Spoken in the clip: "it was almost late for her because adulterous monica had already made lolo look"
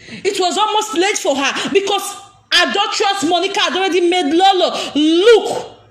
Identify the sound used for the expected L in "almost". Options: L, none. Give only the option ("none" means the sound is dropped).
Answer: L